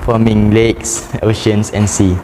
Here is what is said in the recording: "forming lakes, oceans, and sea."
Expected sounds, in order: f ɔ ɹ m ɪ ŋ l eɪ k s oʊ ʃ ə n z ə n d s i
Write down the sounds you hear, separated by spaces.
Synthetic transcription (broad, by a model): f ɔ m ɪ ŋ l eɪ k s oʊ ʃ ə n s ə n s i